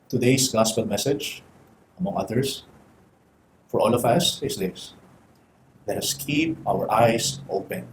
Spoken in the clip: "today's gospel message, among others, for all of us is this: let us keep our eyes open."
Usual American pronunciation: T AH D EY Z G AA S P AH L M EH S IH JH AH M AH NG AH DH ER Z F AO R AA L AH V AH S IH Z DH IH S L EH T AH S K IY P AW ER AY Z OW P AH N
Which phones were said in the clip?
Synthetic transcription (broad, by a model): T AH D EY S G AA S P AH L M EH S IH JH AH M AH NG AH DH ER S F AO R AA L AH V AH S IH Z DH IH S L EH T AH S K IY P AW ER AY S OW P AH N